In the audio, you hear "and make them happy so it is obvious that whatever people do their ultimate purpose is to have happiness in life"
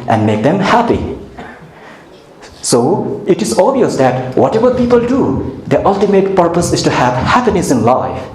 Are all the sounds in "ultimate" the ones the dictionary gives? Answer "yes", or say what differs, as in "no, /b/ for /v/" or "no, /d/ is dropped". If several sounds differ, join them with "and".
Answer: yes